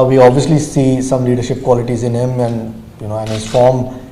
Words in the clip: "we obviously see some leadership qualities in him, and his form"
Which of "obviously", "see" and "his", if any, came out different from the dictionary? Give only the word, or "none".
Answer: none